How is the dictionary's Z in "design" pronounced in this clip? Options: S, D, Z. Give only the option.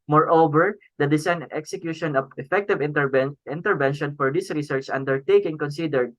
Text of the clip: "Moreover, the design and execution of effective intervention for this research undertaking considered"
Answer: S